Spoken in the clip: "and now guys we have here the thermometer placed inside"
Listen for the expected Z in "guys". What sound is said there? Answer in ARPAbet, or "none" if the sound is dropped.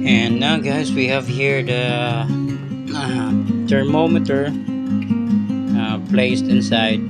S